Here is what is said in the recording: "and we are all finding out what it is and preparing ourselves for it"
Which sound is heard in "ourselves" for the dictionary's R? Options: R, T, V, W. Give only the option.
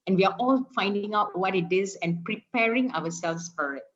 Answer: W